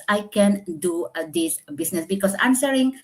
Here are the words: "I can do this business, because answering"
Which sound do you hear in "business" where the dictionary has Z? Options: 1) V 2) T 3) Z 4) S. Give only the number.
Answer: 4